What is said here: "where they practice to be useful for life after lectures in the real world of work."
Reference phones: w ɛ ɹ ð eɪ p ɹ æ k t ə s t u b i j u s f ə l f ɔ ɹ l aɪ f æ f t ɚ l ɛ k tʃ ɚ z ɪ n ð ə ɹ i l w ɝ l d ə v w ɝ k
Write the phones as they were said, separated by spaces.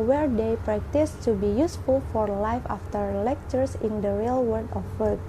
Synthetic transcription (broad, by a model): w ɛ ɹ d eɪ p ɹ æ k t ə s t u b i j u s f ə l f ɔ ɹ l aɪ f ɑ f t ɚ l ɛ k tʃ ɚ s ɪ n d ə ɹ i l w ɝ d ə f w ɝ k